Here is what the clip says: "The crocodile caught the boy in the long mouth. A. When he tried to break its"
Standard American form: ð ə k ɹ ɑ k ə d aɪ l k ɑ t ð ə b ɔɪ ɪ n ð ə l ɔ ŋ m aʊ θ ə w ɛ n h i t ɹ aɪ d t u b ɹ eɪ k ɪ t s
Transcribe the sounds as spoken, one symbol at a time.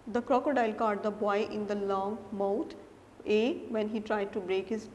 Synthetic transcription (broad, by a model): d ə k ɹ ɑ k ə d aɪ l k ɑ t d ə b ɔɪ ɪ n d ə l ɔ ŋ m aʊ t ə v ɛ n h i t ɹ aɪ d t u b ɹ eɪ k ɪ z